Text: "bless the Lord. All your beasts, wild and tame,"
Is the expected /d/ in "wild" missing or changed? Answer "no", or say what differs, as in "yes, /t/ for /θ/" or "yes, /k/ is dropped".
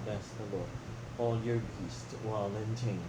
yes, /d/ is dropped